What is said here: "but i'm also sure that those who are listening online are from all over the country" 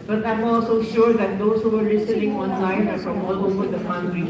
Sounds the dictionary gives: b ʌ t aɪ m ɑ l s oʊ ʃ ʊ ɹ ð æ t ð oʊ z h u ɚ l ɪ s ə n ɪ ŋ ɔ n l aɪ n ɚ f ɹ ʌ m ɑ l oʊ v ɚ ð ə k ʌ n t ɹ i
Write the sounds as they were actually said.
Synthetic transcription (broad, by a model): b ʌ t aɪ m ɑ l s oʊ ʃ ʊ ɹ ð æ t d oʊ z h u ɚ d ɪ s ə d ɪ ŋ ɔ n l aɪ n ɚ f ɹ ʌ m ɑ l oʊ f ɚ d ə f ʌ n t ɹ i